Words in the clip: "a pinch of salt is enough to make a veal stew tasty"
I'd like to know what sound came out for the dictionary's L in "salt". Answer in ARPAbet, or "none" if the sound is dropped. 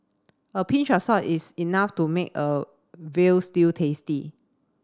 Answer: none